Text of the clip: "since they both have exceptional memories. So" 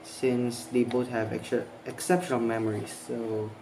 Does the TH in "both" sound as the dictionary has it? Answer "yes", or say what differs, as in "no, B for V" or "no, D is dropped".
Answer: no, T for TH